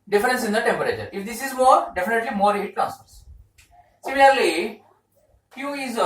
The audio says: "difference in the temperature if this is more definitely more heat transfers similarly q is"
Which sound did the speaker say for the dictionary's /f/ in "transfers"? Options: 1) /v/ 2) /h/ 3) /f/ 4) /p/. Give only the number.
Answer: 4